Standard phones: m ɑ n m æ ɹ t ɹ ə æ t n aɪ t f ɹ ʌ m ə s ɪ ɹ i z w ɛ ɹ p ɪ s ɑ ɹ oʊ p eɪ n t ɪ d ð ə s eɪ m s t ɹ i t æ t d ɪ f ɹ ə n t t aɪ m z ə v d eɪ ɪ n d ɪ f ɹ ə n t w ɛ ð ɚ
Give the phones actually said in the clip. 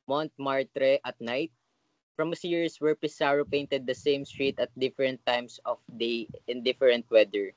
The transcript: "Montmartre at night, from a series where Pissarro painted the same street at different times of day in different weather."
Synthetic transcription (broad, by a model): m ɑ n m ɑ ɹ t ɹ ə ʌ t n aɪ t f ɹ ʌ m ə s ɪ ɹ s w ɛ ɹ p ɪ s ɑ ɹ oʊ p eɪ n t ɪ d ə s eɪ m s t ɹ i t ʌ t d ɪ f ɹ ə n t t aɪ m s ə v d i ɪ n d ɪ f ɹ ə n t w ɛ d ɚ